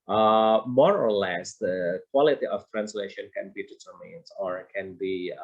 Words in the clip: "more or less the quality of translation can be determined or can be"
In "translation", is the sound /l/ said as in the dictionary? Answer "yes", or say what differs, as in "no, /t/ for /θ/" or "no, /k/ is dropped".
yes